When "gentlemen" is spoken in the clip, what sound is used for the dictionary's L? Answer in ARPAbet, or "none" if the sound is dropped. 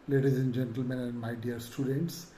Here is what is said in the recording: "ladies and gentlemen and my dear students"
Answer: L